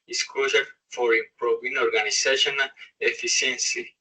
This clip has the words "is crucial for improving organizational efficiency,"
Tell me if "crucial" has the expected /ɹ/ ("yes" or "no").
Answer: no